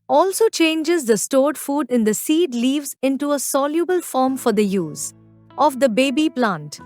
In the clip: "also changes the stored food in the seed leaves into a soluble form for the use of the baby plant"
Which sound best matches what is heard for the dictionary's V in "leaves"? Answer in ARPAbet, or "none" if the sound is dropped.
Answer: V